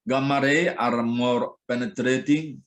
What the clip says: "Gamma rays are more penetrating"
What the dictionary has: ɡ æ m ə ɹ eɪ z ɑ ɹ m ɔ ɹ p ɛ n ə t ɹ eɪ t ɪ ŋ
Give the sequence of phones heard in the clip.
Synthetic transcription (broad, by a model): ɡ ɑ m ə ɹ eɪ ɑ ɹ m ɔ ɹ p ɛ n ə t ɹ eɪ t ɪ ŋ